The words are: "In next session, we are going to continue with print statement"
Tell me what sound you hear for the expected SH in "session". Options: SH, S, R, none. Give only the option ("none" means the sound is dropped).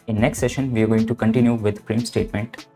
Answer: SH